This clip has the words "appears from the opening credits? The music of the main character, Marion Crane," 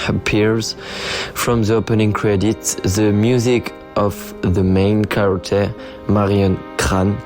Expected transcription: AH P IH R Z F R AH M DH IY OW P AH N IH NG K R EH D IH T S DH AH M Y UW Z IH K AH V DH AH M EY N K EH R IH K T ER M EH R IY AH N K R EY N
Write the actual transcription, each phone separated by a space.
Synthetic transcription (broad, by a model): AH P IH R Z F R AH M DH IY OW P AH N IH NG K R EH D IH T S DH AH M Y UW Z IH K AH V DH AH M EY N K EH R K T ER M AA R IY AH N K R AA N